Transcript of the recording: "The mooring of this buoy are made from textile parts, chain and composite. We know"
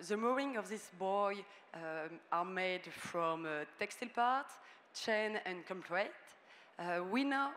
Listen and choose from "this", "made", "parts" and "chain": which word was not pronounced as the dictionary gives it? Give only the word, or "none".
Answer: parts